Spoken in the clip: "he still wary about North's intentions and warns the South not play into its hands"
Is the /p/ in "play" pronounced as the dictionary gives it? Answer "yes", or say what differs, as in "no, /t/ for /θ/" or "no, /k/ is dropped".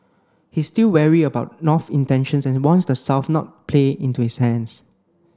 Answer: yes